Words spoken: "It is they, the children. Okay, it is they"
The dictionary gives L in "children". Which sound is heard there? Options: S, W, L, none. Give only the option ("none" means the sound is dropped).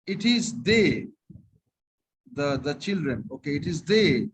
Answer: L